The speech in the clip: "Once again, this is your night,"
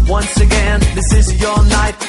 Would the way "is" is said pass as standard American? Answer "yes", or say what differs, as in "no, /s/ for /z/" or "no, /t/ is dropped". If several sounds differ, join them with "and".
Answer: yes